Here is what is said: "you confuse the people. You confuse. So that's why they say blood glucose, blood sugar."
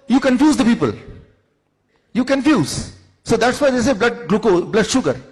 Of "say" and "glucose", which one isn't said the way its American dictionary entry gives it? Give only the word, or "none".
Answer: glucose